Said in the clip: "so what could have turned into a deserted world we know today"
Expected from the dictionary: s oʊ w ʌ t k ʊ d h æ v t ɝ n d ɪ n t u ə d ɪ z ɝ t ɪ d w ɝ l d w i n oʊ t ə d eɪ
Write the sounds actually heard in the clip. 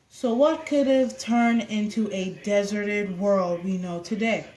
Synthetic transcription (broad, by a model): s oʊ w ʌ t k ʊ d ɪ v t ɝ n ɪ n t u ə d ɪ z ɝ t ɪ d w ɝ l d w i n oʊ t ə d eɪ